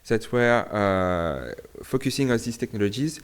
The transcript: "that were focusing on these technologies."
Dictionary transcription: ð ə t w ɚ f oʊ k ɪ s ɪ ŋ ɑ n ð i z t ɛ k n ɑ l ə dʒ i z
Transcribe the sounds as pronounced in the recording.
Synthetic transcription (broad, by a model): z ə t w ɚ f oʊ k ɪ s ɪ ŋ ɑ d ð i s t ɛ k n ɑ l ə dʒ i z